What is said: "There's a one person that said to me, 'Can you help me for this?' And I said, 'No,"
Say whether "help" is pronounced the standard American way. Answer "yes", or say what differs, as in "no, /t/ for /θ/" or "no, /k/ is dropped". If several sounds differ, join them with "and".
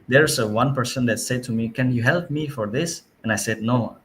yes